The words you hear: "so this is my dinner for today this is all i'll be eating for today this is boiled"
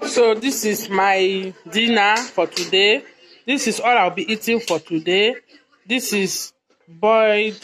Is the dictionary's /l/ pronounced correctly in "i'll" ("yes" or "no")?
no